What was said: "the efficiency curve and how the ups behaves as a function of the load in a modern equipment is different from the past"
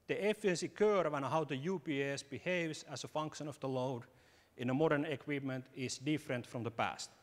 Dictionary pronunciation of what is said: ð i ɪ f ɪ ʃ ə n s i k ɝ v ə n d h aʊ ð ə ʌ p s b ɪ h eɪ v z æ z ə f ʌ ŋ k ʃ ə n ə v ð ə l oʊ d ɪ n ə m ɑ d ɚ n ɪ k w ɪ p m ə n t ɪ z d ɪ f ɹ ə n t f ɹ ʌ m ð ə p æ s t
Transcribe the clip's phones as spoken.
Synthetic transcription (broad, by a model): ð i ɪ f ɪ ə n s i k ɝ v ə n h aʊ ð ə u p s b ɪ h eɪ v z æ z ə f ʌ ŋ k ʃ ə n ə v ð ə l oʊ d ɪ n ə m ɑ d ɚ n ɪ k w ɪ p m ə n t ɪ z d ɪ f ɹ ə n t f ɹ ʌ m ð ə p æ s t